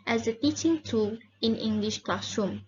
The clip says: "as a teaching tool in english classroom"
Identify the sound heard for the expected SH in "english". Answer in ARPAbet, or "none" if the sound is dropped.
SH